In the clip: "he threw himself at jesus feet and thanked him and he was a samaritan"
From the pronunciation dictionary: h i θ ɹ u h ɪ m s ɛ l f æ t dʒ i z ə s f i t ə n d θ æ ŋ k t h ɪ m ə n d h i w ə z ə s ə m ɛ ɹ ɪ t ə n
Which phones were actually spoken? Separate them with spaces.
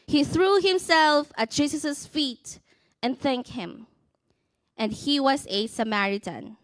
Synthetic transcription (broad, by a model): h i θ ɹ u h ɪ m s ɛ l f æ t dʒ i s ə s f i t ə n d θ æ ŋ k t h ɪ m ə n d h i w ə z ə s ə m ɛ ɹ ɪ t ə n